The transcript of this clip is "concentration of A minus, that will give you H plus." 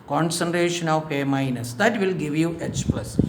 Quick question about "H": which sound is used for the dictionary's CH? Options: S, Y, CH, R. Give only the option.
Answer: S